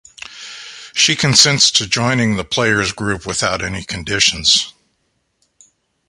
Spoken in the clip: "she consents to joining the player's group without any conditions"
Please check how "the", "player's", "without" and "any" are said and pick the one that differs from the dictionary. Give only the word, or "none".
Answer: none